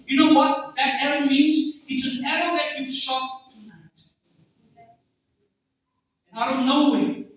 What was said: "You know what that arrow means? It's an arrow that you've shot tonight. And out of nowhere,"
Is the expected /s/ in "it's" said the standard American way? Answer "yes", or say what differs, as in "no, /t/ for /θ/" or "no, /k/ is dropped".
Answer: no, /ʃ/ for /s/